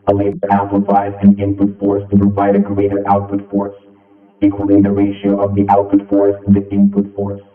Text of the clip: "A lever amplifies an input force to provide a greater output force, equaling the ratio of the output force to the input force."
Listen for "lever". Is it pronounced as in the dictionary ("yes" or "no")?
no